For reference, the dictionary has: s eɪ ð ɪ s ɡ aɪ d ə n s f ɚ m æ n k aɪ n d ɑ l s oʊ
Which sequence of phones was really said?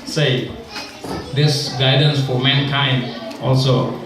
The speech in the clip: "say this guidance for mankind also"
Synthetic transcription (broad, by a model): s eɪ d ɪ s ɡ aɪ d ə n s f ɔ m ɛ n k aɪ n ɑ l s oʊ